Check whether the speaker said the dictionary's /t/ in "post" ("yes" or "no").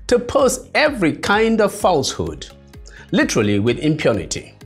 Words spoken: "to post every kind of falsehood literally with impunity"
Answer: no